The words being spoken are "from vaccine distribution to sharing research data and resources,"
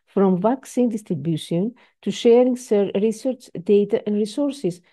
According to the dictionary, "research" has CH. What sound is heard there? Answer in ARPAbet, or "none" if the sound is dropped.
CH